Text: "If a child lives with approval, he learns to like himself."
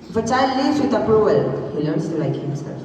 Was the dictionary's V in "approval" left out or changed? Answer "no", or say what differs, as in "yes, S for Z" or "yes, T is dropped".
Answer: yes, V is dropped